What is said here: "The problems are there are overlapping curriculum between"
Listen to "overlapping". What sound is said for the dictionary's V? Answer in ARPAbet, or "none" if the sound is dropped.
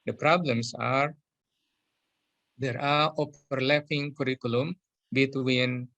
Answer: P